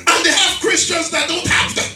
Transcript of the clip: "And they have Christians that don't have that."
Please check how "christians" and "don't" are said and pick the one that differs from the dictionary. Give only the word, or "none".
none